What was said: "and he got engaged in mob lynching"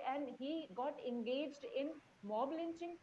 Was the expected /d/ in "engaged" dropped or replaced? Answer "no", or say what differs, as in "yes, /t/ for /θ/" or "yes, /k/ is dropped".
no